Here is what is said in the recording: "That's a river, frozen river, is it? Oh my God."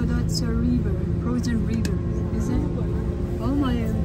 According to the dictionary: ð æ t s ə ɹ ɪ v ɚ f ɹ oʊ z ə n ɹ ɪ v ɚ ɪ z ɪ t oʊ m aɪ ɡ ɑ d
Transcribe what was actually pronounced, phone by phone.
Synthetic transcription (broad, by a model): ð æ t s ə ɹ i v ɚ p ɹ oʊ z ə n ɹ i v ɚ ɪ z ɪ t oʊ m aɪ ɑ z